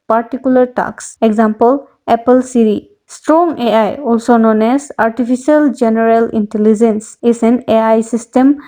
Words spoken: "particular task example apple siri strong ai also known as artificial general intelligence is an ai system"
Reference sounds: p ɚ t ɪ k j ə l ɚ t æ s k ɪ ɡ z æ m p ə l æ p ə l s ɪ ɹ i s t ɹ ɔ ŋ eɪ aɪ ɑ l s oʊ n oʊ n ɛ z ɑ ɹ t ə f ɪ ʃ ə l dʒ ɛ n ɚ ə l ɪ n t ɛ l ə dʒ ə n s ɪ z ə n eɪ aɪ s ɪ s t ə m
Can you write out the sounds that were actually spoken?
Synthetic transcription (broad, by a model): p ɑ t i k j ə l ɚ t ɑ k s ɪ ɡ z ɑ m p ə l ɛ p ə l s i ɹ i s t ɹ ɔ ŋ eɪ aɪ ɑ l s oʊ n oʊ n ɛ s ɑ ɹ t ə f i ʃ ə l dʒ ɛ n ɚ ə l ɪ n t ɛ l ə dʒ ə n s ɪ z ə n eɪ aɪ s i s t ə m